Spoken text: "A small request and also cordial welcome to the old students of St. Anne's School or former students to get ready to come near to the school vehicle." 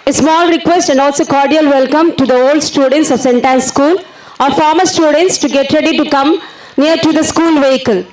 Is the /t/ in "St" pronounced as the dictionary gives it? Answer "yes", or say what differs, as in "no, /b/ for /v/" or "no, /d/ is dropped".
yes